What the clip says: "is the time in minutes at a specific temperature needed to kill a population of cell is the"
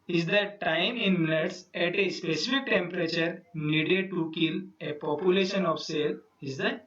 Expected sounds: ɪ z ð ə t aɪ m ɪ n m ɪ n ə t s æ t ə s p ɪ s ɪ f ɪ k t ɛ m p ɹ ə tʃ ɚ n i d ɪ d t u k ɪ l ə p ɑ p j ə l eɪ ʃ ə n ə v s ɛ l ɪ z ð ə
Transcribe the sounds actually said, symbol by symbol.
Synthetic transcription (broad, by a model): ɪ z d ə t aɪ m ɪ n m ɪ n ə t s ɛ t ə s p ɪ s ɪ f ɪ k t ɛ m p ɹ ə tʃ ɚ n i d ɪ t u k ɪ l ə p ɑ p j ə l eɪ ʃ ə n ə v s ɛ l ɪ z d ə